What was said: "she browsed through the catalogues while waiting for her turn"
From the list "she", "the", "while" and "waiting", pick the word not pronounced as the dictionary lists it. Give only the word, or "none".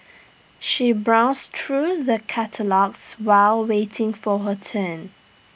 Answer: none